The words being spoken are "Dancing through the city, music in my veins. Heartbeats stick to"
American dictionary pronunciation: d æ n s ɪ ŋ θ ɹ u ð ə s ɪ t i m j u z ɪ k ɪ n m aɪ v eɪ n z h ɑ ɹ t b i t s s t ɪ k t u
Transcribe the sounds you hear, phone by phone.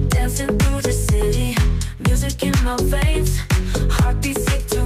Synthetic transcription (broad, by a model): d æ n s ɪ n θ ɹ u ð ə s ɪ t i m j u z ɪ k ɪ n m aɪ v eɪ z h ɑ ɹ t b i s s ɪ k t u